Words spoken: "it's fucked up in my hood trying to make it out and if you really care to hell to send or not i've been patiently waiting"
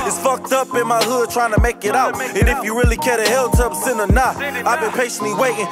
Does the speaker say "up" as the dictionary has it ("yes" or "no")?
yes